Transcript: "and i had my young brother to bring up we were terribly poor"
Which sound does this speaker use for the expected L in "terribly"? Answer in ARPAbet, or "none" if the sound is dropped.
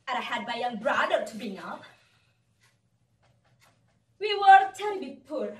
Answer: none